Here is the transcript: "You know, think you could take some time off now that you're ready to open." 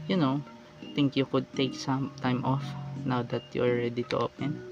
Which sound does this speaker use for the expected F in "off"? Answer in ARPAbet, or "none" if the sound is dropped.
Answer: F